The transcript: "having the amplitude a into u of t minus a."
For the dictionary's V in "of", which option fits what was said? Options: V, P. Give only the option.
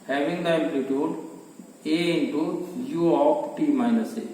P